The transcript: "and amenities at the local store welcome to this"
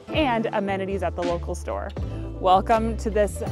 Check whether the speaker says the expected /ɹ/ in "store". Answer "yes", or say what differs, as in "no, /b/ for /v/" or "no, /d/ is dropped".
yes